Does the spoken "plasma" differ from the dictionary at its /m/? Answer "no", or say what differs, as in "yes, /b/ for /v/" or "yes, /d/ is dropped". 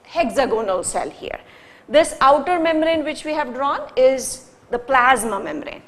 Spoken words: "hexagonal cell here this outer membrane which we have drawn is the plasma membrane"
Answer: no